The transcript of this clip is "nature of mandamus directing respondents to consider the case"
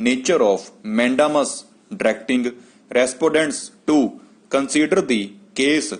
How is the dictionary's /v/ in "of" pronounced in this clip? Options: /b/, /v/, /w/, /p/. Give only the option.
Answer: /p/